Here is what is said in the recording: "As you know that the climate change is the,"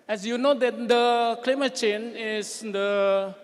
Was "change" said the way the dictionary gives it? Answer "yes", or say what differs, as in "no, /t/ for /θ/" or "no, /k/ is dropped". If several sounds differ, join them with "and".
no, /dʒ/ is dropped